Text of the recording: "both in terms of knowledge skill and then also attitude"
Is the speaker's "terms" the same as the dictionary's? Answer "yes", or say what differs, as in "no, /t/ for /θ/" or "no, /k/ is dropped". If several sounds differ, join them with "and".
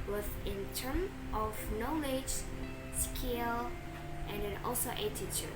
no, /z/ is dropped